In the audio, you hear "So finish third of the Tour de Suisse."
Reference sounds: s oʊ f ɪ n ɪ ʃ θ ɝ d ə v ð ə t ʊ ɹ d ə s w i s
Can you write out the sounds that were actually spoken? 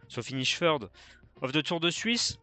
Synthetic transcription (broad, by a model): s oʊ f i n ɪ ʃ f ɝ d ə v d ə t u ɹ d ə s w i s